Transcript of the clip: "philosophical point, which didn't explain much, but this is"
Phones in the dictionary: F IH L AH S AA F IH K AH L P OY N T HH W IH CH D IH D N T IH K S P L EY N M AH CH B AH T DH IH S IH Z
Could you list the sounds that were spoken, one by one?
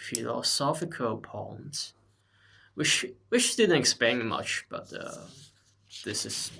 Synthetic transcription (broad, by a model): F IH L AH S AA F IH K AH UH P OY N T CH W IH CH D IH D N T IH K S P EY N M AH CH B AH T DH IH S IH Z